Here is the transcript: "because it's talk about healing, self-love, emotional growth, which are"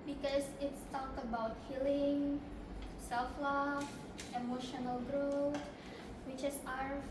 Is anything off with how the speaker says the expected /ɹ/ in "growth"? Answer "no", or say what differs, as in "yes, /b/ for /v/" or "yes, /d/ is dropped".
no